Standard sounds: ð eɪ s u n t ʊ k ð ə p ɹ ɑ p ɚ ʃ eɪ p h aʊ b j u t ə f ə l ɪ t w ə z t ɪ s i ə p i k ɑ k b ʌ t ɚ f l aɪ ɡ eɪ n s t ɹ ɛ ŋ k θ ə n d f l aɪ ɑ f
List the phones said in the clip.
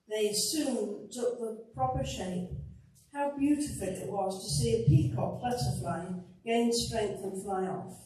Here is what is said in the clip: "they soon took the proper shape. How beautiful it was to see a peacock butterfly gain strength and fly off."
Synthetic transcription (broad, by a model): ð eɪ s u n t ʊ k ð ə p ɹ ɑ p ɚ ʃ eɪ p h aʊ b j u t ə f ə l ɪ t w ə z t ɪ s i ə p i k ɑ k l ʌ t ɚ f l aɪ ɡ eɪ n s t ɹ ɛ ŋ k θ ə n f l aɪ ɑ f